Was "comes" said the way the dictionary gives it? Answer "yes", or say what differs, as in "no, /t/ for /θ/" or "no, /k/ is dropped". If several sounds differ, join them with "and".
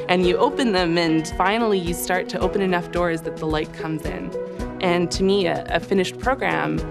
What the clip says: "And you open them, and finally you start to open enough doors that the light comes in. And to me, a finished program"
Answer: yes